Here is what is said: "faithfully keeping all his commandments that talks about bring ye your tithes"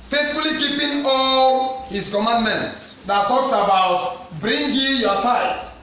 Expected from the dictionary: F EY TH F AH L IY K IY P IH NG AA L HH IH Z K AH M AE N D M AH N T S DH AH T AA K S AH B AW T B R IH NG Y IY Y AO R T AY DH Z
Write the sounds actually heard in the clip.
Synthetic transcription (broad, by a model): F EY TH F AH L IY K IY P IH NG AA L HH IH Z K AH M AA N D M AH N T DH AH T AA K S AH B AW T B R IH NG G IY Y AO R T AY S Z